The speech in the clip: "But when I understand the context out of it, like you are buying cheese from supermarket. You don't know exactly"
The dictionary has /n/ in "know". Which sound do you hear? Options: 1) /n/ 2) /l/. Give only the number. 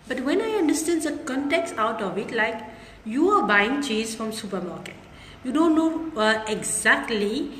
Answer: 1